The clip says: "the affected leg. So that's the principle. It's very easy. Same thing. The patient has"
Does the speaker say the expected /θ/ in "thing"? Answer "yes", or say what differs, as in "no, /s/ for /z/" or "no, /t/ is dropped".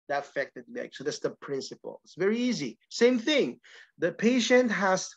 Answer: yes